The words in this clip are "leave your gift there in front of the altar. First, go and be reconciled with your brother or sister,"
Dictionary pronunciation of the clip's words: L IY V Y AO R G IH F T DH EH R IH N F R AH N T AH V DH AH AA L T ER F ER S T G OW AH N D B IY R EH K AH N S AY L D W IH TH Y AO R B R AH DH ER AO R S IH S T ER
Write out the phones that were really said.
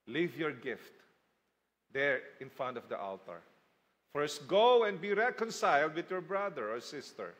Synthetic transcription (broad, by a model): L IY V Y AO R G IH F T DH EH R IH N F R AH N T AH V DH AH AA L T ER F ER S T G OW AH N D B IY R EH K AH N S AY L D W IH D Y AO R B R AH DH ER AO R S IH S T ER